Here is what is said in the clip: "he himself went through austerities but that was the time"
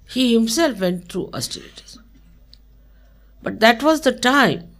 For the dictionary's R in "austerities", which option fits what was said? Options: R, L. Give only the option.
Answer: L